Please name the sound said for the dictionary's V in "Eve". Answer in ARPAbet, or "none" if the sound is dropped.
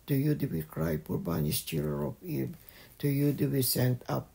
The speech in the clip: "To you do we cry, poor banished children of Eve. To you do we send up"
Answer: B